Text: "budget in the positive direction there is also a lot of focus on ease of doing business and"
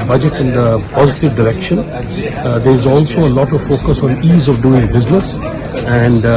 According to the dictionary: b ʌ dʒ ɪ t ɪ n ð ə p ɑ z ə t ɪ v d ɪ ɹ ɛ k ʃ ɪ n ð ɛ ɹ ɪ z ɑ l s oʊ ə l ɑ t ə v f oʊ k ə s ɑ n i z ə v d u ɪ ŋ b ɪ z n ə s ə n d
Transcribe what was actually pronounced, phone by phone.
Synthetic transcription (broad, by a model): b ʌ dʒ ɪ t ɪ n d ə p ɑ z ə t ɪ v d ɪ ɹ ɛ k ʃ ɪ n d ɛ ɹ ɪ z ɑ l s oʊ ə l ɑ t ə v f oʊ k ə s ɑ n i z ə v d u ɪ ŋ b ɪ z n ə s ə n d